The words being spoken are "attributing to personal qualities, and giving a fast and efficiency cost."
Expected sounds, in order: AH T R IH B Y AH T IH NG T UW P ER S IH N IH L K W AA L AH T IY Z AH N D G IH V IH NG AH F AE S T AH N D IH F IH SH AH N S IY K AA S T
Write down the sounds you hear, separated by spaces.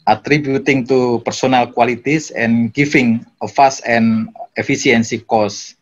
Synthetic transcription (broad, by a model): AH T R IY B Y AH T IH NG T UW P ER S IH N IH L K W AA L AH T IY S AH N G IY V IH NG AH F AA S AH N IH F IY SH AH N S IY K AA S